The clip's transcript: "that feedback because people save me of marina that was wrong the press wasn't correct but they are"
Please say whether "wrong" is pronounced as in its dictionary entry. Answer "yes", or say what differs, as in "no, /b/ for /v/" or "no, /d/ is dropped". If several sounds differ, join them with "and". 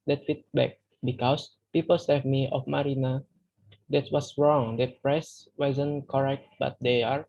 yes